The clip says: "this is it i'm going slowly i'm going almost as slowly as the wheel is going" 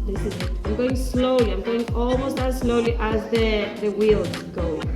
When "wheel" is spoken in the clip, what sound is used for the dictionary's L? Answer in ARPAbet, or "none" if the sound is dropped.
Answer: W